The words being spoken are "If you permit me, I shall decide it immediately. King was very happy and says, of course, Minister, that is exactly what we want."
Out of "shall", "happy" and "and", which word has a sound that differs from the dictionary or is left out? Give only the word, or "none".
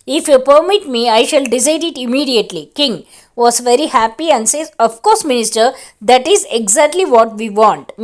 none